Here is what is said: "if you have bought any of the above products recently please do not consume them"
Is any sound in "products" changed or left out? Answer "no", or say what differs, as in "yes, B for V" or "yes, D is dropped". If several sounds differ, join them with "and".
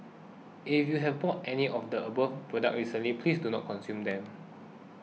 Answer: yes, S is dropped